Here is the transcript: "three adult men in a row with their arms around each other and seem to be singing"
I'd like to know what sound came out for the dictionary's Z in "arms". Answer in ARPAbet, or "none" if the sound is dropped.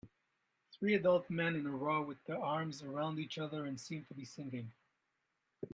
Z